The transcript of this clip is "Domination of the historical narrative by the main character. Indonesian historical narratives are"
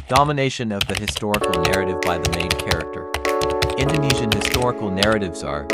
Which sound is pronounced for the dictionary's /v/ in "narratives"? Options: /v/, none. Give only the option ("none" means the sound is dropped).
/v/